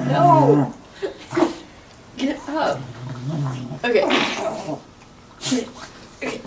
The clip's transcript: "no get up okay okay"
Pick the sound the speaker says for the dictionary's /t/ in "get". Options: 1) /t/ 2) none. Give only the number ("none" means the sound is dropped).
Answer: 2